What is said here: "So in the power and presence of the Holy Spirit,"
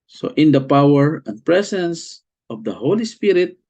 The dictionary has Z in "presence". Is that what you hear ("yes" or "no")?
no